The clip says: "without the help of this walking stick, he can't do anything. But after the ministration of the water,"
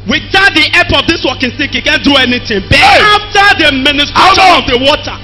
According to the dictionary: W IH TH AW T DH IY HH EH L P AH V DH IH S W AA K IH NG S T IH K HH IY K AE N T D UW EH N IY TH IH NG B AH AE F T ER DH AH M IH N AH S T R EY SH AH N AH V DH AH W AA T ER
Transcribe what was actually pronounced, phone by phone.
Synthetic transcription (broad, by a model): W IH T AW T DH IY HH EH P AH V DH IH S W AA K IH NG S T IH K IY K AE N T D UW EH N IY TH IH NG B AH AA F T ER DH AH M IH N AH S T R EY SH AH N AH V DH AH W AA T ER